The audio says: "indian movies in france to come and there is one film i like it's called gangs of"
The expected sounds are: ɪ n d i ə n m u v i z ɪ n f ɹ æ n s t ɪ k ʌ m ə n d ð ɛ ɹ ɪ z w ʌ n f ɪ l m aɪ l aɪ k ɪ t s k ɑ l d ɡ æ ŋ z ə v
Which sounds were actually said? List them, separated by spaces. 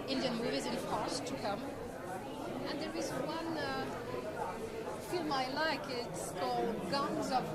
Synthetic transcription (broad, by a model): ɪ n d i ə n m u v i z ɪ n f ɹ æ s t ɪ k ʌ m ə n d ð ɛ ɹ ɪ z w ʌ n f ɪ l m aɪ l aɪ k ɪ t s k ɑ l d ɡ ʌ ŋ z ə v